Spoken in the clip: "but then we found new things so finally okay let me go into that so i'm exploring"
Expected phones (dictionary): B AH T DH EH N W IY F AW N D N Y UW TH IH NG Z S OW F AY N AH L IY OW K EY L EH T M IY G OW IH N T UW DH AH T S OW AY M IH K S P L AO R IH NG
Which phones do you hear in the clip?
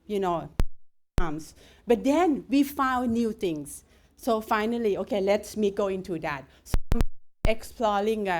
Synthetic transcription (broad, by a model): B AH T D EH N W IY F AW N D N Y UW T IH NG S OW F AY N AH L IY OW K EY L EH T M IY G OW IH N T UW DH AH T S OW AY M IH K S P L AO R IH NG